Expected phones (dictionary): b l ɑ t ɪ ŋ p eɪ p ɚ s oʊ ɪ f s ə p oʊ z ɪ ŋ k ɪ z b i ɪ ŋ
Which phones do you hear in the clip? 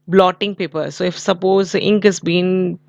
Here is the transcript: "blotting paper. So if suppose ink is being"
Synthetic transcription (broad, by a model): b l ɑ t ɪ ŋ p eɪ p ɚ s oʊ ɪ f s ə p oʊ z ɪ ŋ k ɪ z b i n